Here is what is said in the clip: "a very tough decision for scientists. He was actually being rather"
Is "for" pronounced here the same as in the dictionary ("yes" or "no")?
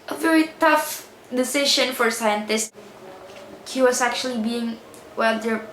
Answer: yes